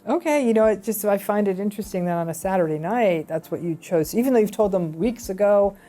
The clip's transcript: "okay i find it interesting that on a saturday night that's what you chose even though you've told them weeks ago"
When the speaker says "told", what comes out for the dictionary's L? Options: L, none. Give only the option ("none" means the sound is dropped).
L